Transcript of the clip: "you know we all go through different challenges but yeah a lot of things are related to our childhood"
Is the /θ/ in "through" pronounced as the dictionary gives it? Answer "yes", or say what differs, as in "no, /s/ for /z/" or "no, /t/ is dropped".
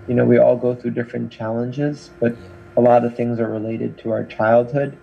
yes